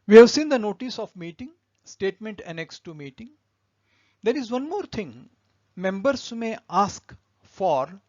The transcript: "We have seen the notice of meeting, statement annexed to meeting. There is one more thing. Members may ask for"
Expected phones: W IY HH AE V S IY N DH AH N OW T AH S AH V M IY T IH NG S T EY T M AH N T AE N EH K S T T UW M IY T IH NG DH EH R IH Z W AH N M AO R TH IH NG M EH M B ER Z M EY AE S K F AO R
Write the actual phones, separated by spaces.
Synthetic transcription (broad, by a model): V IY HH AE V S IY N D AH N OW T AH S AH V M IY T IH NG S T EY T M AH N T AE N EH K S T T UW M IY T IH NG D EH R IH Z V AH N M AO R T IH NG M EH M B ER S M EY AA S K F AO R